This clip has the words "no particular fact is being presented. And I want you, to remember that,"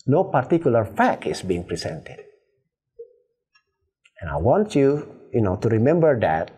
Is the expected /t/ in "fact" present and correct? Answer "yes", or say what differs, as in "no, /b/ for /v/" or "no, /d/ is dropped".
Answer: no, /t/ is dropped